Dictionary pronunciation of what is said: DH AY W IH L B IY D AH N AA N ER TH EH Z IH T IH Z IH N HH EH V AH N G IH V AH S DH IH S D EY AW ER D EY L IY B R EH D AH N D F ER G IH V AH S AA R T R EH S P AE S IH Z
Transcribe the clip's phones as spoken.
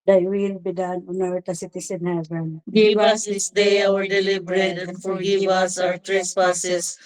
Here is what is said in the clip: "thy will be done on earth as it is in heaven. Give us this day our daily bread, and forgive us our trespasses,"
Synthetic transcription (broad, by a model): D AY W IH L B IY D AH N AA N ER T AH S IH T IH S IH N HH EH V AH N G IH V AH S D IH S D EY AW ER D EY L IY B R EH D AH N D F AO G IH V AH S AA R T R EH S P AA S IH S